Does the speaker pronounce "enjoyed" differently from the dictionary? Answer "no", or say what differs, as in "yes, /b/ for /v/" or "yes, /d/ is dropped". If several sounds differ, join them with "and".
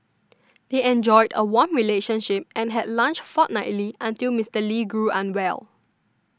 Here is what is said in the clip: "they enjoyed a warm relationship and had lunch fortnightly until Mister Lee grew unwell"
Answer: no